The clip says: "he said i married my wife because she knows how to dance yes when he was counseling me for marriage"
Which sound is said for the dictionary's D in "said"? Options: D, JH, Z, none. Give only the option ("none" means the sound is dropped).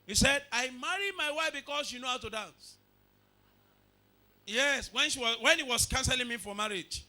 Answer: D